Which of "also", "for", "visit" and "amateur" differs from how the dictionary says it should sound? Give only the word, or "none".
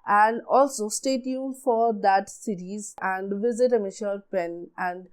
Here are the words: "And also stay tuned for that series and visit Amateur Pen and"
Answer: amateur